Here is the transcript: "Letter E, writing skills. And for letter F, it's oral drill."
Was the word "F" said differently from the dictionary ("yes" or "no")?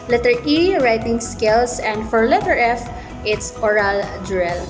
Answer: no